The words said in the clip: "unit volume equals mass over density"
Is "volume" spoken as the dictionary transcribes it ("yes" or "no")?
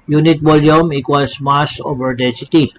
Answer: no